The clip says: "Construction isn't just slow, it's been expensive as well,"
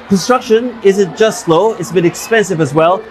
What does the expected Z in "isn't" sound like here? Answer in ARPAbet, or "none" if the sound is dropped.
Z